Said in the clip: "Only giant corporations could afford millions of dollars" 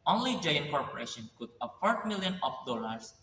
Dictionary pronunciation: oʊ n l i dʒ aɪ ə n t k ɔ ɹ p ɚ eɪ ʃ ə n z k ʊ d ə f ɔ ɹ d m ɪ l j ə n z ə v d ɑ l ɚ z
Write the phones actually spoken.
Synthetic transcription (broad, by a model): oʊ n l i dʒ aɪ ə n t k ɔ ɹ p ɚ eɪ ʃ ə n k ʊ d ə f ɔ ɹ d m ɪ l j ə n ə f d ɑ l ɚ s